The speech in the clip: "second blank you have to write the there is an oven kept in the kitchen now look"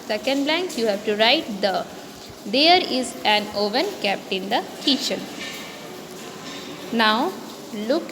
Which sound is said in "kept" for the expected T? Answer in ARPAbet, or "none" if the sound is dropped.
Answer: none